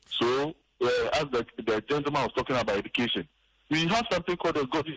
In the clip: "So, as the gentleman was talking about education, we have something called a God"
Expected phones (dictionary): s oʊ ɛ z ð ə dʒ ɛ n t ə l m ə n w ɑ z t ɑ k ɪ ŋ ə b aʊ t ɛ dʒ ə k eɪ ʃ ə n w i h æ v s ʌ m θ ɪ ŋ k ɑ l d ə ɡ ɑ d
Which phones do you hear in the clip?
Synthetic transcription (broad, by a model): s oʊ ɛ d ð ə dʒ ɛ n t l m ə n w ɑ s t ɑ k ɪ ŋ ə b aʊ t ɛ dʒ ə k eɪ ʃ ə n w i h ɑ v s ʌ m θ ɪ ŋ k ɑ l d ə ɡ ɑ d